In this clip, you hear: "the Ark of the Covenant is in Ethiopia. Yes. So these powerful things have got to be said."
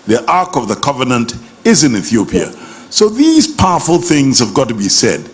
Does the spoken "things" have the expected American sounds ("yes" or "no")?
yes